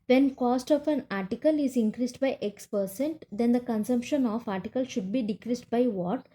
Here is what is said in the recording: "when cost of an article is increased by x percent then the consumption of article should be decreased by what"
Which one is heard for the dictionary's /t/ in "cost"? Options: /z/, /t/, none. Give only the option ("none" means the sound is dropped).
/t/